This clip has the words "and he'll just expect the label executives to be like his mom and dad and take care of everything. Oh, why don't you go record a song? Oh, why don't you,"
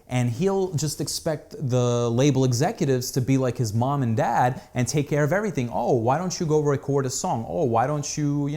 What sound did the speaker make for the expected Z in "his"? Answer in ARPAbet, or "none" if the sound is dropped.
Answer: Z